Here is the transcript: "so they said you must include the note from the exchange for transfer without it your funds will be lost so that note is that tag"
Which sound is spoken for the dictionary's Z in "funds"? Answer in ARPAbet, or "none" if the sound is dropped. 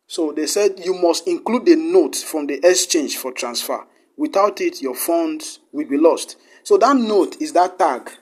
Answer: none